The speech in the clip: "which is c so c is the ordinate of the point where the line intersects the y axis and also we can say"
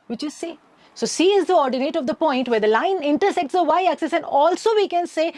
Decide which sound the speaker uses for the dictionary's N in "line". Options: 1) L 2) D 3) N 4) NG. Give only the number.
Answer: 3